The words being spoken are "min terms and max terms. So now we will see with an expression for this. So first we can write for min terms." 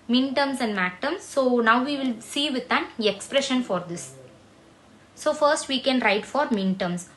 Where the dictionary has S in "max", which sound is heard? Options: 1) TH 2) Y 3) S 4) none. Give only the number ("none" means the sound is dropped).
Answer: 4